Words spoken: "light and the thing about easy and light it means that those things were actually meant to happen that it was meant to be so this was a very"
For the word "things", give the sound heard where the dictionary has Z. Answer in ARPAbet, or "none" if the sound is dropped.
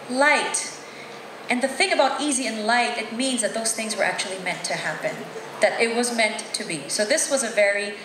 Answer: Z